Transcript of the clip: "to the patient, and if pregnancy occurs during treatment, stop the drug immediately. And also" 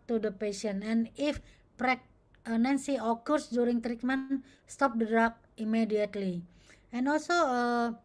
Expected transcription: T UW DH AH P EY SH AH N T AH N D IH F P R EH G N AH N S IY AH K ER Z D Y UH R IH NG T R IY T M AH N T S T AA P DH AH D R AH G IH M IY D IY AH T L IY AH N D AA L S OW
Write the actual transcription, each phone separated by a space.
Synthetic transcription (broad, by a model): T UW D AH P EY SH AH N AH N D IH F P R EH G N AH N S IY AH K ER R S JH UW R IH NG T R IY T M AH N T S T AA P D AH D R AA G IH M IY D IY AH T L IY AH N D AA L S OW